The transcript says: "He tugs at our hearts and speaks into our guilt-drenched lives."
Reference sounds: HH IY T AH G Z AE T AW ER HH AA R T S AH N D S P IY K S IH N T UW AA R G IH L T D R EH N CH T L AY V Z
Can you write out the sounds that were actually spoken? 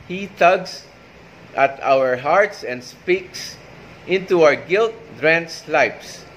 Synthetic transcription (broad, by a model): HH IY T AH G S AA T AW ER HH AA R T S AH N D S P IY K S IH N T UW AA R G IH L T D R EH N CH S L AY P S